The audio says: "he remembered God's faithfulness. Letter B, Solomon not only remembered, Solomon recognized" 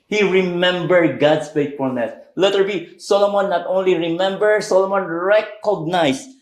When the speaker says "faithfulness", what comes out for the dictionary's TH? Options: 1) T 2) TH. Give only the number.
1